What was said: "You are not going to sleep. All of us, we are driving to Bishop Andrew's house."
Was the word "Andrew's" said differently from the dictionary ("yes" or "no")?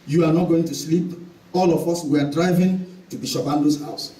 yes